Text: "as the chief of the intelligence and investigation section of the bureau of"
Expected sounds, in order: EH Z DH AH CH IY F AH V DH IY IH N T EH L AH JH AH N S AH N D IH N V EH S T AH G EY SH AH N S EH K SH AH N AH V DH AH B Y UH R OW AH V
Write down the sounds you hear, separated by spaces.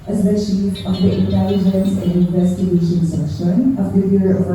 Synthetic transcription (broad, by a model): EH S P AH SH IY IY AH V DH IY IH N T EH L AH JH AH N S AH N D IH N V EH S T AH G EY SH AH N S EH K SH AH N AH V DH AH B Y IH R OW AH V